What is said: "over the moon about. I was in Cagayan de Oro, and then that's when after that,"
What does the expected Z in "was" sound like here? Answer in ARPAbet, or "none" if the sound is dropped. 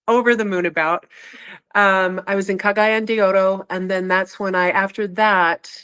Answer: Z